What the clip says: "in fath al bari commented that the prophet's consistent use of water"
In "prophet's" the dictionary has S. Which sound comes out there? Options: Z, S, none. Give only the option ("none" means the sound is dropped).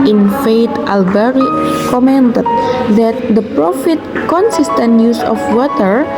none